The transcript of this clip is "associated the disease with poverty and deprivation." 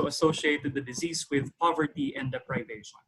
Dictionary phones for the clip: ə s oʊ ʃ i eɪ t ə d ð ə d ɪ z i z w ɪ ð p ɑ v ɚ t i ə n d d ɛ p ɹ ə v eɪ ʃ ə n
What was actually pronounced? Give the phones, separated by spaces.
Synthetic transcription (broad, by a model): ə s oʊ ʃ i eɪ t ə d ð ə d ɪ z i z w ɪ ð p ɑ v ɚ t i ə n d d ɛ p ɹ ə v eɪ ʃ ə n